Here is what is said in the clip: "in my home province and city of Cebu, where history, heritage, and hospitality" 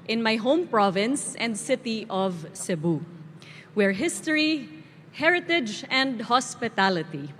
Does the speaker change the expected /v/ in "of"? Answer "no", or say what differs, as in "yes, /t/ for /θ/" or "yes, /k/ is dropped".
no